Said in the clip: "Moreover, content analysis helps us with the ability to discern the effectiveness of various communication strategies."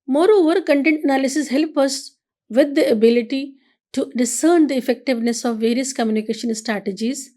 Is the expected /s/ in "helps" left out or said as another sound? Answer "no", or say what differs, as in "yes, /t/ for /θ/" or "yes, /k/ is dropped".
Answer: yes, /s/ is dropped